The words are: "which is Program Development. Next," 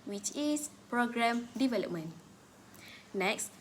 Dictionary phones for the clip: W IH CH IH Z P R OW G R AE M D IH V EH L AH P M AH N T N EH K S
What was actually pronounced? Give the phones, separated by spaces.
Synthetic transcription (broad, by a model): W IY CH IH S P R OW G R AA M D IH V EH L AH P M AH N N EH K S